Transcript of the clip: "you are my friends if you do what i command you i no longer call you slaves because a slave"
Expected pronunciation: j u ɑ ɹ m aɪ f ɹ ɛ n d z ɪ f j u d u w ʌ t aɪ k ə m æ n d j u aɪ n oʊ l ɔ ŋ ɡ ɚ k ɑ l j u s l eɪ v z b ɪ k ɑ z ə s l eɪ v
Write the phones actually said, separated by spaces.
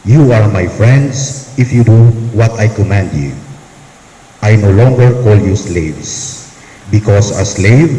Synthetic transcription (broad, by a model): j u ɑ ɹ m aɪ f ɹ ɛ n d s ɪ f j u d u w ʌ t aɪ k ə m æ n d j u aɪ n oʊ l ɔ ŋ ɡ ɚ k ɑ l j u s l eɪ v s b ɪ k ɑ s ə s l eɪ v